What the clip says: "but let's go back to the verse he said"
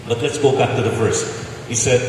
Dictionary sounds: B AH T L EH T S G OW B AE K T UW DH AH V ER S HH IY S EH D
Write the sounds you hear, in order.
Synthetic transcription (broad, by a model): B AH T L EH T S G OW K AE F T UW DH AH F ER S HH IY S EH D